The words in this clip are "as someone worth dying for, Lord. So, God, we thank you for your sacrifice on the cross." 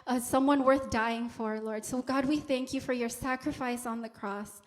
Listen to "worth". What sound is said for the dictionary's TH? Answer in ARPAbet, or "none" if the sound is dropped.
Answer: TH